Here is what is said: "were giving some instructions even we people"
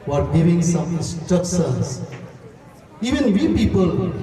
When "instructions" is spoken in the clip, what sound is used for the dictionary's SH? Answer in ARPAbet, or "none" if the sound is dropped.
S